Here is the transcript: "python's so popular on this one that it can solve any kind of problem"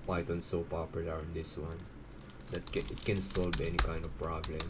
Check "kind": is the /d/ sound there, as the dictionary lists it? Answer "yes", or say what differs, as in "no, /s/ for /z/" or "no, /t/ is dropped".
yes